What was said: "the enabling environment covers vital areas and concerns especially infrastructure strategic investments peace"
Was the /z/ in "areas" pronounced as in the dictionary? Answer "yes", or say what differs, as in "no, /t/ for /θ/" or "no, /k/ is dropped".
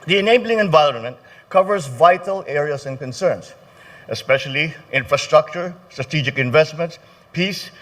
no, /s/ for /z/